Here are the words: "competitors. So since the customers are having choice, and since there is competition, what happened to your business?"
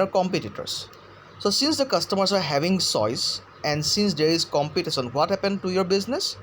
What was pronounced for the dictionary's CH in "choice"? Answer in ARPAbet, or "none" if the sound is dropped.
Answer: S